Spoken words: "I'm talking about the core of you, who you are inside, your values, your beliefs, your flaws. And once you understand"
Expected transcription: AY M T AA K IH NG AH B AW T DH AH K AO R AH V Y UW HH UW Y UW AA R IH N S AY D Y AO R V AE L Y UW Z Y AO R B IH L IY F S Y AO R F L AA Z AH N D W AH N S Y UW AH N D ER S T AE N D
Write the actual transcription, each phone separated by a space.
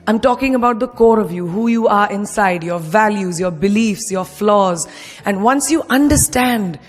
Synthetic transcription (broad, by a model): AY M T AA K IH NG AH B AW T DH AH K AO R AH V Y UW HH UW Y UW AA R IH N S AY D Y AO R V AE L Y UW Z Y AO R B IH L IY F S Y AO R F L AA Z AH N D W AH N S Y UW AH N D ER S T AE N D